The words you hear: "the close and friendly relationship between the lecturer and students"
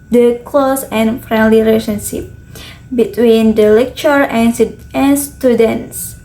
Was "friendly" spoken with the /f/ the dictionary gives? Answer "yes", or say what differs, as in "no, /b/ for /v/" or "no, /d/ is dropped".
yes